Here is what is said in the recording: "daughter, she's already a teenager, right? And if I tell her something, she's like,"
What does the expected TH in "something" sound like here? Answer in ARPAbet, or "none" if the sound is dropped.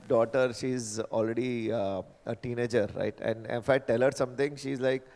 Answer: T